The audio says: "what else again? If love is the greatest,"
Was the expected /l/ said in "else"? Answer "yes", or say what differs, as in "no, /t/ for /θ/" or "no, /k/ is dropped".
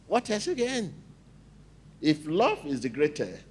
no, /l/ is dropped